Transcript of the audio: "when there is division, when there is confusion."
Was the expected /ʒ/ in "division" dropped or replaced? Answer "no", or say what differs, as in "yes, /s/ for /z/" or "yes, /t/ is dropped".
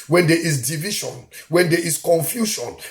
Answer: yes, /ʃ/ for /ʒ/